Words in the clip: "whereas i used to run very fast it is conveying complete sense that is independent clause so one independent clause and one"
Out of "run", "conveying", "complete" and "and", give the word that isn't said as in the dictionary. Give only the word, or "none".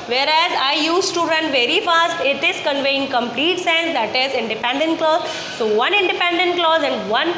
none